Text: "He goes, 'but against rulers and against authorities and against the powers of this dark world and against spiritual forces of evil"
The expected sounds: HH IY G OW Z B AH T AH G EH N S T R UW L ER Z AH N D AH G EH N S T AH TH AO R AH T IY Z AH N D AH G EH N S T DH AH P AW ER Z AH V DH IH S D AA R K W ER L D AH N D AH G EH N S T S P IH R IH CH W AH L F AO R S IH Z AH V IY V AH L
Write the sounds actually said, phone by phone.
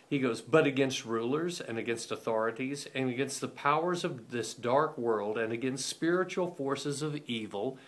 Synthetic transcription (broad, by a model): HH IY G OW Z B AH T AH G EH N S T R UW L ER Z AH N AH G EH N S T AH TH AO R AH T IY Z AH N AH G EH N S T DH AH P AW ER Z AH V DH IH S D AA R K W ER L D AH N AH G EH N S T S P IH R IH CH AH L F AO R S IH Z AH V IY V L